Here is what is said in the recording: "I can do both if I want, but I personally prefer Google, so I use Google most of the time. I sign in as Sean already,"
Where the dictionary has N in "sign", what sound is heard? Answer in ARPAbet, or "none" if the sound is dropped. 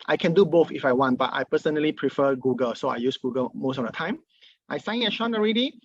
none